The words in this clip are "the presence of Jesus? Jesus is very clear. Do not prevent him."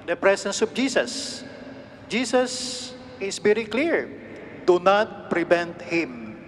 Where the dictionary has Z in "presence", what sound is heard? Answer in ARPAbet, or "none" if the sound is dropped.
S